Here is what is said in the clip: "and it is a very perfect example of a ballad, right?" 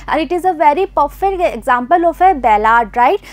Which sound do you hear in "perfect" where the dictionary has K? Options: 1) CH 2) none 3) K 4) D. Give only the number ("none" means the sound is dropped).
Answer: 2